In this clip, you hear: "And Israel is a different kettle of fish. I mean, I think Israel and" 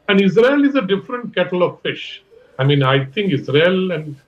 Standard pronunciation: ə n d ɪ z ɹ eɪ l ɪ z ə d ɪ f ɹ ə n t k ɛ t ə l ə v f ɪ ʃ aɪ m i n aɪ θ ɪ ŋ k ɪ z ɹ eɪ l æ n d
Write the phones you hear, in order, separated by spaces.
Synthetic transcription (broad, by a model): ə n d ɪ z ɹ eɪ l ɪ z ə d ɪ f ɹ ə n t k ɛ t ə l ə v f ɪ ʃ aɪ m i n aɪ t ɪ ŋ k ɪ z ɹ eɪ l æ n d